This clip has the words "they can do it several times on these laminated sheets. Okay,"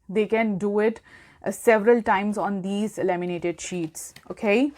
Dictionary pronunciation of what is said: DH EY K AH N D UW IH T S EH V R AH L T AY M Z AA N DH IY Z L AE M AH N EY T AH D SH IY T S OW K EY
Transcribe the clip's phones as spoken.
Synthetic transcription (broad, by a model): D EY K AH N D UW IH T S EH V R AH L T AY M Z AA N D IY Z L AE M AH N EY T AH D SH IY T S OW K EY